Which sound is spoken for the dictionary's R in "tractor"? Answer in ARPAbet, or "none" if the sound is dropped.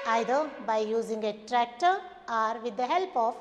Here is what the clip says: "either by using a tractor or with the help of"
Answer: R